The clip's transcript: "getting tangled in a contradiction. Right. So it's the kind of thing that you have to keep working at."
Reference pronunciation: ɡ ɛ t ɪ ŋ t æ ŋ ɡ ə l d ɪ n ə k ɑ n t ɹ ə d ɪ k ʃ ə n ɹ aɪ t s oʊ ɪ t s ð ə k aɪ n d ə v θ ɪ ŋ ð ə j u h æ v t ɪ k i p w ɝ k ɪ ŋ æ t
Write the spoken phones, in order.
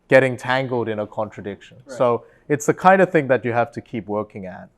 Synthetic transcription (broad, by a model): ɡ ɛ t ɪ ŋ t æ ŋ ɡ l d ɪ n ə k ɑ n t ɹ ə d ɪ k ʃ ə n s oʊ ɪ t s ð ə k aɪ n d ə v θ ɪ ŋ ð ə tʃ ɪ h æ f t ɪ k i p w ɝ k ɪ ŋ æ t